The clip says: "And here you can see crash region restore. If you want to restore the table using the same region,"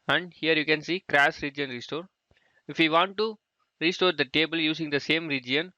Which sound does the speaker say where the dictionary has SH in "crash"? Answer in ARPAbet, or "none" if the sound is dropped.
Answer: S